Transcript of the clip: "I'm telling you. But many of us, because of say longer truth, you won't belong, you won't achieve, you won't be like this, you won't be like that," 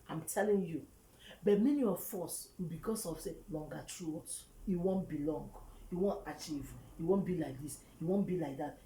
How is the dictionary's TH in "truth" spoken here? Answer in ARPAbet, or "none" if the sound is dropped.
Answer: T